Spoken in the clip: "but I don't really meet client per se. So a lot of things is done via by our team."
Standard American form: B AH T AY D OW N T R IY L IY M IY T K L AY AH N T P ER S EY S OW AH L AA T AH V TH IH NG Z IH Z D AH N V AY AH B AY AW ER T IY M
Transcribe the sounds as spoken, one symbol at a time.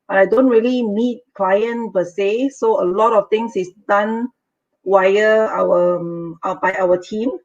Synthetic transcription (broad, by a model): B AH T AY D OW N T R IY L IY M IY T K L AY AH N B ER S EY S OW AH L AA T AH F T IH NG S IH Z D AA N W AY AH B AY AW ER T IY M